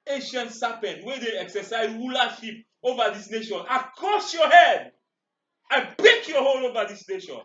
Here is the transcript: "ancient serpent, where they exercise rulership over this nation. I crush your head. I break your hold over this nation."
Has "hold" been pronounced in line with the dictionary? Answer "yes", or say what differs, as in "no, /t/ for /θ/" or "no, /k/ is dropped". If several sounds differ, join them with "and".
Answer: no, /d/ is dropped